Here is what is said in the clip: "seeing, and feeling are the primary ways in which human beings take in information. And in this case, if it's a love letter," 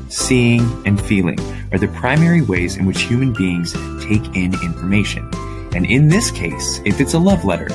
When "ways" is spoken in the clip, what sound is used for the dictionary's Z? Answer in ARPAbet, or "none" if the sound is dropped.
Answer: Z